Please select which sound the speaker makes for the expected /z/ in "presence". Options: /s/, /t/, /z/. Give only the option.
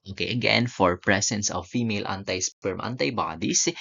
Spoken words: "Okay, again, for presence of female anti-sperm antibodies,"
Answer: /s/